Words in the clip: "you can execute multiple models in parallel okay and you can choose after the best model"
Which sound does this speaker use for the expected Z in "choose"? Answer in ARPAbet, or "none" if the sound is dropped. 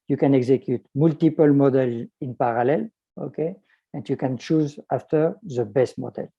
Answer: Z